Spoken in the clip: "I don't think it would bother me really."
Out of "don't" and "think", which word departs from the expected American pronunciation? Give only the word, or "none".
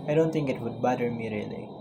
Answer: think